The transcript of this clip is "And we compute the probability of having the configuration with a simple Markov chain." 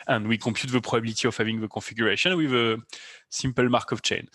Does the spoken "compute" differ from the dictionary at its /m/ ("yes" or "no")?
yes